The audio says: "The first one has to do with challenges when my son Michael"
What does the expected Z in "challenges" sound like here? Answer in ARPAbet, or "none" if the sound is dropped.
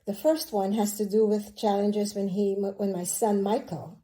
Z